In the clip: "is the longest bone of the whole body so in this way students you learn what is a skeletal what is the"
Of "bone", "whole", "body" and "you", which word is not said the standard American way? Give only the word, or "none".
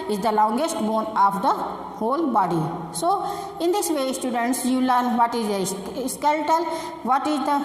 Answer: none